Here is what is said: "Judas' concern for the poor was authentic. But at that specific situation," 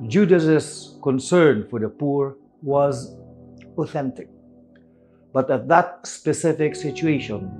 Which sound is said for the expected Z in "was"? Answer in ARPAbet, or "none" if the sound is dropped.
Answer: Z